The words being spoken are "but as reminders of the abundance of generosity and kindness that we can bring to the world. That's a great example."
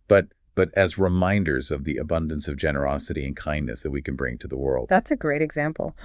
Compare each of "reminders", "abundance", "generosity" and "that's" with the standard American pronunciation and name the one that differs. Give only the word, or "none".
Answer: none